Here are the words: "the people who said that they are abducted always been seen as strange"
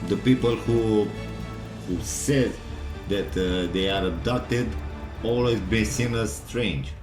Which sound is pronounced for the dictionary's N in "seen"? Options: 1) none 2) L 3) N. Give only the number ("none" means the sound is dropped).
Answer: 2